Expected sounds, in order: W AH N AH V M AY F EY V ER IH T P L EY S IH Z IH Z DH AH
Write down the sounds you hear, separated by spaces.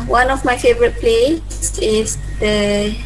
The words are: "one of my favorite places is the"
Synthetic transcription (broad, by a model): W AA N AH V M AY F EY V ER IH T P L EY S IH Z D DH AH